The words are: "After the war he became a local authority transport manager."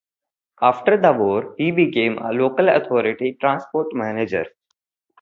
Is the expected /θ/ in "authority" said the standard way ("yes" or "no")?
no